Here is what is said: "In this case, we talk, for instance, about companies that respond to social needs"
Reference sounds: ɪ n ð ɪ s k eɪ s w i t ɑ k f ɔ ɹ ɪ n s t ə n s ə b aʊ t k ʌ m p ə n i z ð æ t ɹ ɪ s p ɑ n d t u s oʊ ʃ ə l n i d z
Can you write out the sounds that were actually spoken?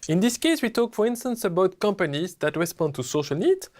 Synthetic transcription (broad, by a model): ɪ n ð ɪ s k eɪ s w i t ɑ k f ɔ ɹ ɪ n s t ə n s ə b aʊ t k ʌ m p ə n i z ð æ t ɹ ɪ s p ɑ n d t u s oʊ ʃ ə l n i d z